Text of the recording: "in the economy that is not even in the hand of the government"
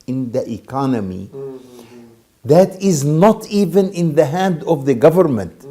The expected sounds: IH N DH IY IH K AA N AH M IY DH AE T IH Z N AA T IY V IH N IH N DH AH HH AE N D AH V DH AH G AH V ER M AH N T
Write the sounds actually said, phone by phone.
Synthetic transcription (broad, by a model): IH N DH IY IH K AA N AH M IY DH AE T IH Z N AA T IY V IH N IH N DH AH HH AE N D AH V DH AH G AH V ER M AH N T